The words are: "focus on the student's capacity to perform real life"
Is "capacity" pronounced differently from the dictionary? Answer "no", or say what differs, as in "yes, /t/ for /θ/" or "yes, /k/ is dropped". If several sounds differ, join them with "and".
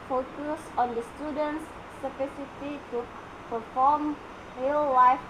yes, /f/ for /p/